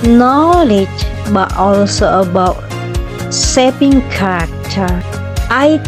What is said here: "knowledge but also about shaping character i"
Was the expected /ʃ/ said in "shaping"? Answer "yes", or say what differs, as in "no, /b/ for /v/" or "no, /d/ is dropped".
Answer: no, /s/ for /ʃ/